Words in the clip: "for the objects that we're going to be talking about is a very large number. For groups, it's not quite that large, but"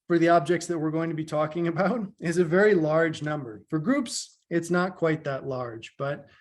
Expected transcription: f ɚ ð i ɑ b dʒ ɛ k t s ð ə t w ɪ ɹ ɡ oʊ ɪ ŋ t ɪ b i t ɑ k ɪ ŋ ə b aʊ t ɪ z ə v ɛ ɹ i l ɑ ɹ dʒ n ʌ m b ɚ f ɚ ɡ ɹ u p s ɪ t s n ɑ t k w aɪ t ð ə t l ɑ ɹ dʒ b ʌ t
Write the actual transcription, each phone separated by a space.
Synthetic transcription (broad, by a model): f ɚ ð i ɑ b dʒ ɛ k t s ð ə t w ɪ ɹ ɡ oʊ ɪ ŋ t ɪ b i t ɑ k ɪ ŋ ə b aʊ t ɪ z ə v ɛ ɹ i l ɑ ɹ dʒ n ʌ m b ɚ f ɚ ɡ ɹ u p s ɪ t s n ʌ t k w aɪ t ð ə t l ɑ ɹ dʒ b ʌ t